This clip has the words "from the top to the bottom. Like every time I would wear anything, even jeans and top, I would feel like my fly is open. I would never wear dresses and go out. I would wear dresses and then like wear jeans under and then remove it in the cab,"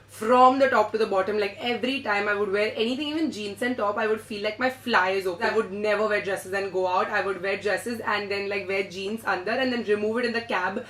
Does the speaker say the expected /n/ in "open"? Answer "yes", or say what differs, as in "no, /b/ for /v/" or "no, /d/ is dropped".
no, /n/ is dropped